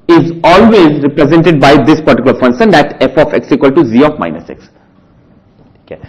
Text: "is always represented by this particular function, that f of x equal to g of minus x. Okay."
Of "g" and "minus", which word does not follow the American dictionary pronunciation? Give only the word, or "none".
g